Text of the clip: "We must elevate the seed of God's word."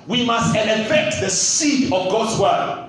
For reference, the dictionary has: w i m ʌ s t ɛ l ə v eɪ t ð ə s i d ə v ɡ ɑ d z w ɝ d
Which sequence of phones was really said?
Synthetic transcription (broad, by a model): w i m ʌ s t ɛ n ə f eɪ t ð ə s i d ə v ɡ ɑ d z w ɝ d